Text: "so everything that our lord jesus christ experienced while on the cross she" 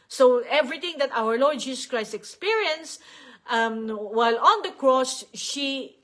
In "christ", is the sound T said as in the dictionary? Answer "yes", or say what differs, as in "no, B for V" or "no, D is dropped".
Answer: yes